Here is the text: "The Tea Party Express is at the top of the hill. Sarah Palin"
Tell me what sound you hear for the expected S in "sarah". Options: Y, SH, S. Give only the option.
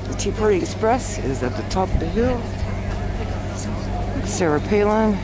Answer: S